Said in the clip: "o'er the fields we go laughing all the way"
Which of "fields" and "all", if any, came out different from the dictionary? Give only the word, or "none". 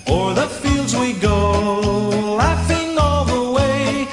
none